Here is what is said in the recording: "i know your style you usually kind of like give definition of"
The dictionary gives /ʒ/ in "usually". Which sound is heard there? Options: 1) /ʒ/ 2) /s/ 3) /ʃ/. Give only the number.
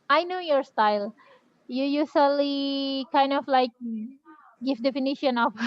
2